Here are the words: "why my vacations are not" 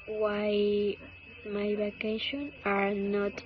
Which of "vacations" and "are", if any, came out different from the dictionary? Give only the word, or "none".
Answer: vacations